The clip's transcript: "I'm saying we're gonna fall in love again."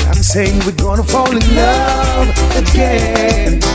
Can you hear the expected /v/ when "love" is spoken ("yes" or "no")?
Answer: no